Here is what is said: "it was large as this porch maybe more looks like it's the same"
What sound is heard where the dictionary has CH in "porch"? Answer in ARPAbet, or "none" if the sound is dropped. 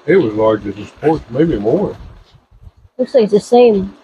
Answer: S